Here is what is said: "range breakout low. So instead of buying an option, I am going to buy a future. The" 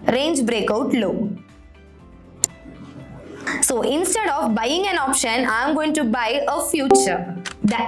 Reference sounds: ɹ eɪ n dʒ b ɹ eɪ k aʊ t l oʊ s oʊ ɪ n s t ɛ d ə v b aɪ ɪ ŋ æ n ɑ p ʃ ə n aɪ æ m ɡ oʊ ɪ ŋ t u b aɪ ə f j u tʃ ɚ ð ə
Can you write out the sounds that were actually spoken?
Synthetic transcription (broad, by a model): ɹ eɪ n dʒ b ɹ eɪ k aʊ t l oʊ s oʊ ɪ n s t ɛ d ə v b aɪ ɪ ŋ æ n ɑ p ʃ ə n aɪ m ɡ oʊ ɪ ŋ t u b aɪ ə f j u tʃ ɚ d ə